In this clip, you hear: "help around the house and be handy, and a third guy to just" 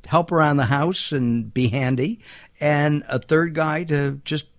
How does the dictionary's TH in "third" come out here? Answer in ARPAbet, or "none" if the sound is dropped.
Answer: TH